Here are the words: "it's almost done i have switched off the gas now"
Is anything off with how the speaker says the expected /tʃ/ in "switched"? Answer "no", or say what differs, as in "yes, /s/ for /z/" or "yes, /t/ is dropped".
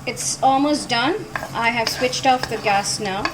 no